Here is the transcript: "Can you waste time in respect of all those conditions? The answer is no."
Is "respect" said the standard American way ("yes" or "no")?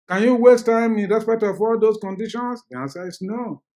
no